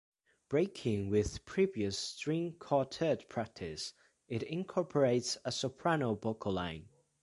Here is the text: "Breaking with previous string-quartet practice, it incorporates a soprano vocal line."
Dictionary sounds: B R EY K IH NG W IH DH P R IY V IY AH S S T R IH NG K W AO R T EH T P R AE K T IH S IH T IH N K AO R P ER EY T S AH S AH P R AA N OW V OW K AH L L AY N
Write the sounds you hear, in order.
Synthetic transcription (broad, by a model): B R EY K IH NG W IH DH P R IY V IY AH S S T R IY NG K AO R T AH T P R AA K T IH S IH T IH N K AO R P ER EY T S AH S AH P R AA N OW B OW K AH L L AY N